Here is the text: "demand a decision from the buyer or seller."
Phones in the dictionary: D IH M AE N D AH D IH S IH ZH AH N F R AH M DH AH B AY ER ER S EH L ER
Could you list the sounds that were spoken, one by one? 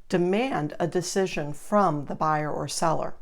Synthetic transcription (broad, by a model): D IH M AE N D AH D IH S IH ZH AH N F R AH M DH AH B AY ER ER S EH L ER